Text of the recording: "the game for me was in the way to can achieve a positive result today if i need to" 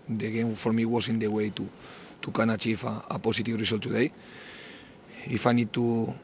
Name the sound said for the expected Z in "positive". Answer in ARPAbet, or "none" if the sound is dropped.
S